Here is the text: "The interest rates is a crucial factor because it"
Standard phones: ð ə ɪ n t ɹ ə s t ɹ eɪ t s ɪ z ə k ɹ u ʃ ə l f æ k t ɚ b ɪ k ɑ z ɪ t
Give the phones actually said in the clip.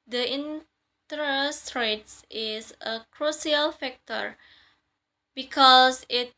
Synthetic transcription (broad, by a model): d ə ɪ n t ɹ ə s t ɹ eɪ t s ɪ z ə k ɹ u s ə l f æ k t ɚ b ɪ k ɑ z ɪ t